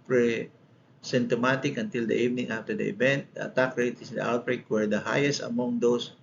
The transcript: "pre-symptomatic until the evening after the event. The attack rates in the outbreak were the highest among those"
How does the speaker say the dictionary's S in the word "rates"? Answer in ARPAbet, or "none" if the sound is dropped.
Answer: none